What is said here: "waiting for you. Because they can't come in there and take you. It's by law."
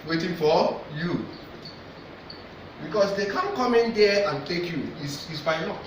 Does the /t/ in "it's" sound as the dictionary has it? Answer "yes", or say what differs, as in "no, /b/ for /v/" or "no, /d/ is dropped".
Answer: no, /s/ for /t/